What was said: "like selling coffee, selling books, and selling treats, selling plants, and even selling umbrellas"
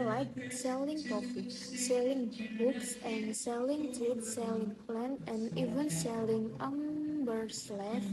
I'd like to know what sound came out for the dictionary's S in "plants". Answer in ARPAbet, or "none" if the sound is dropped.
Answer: none